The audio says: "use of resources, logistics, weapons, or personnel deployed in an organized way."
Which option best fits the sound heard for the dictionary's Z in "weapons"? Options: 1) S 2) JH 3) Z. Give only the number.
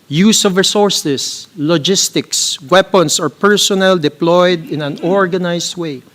1